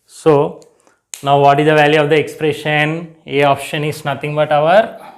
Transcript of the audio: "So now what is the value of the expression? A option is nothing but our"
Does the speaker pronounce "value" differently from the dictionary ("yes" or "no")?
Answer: no